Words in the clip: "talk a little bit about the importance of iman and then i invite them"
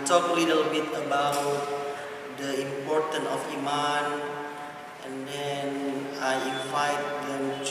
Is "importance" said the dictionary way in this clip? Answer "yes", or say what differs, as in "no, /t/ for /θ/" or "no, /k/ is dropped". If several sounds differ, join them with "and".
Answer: no, /s/ is dropped